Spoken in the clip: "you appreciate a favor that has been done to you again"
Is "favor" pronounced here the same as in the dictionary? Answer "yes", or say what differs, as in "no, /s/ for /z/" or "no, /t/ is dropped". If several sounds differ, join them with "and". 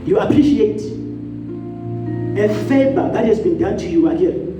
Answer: no, /b/ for /v/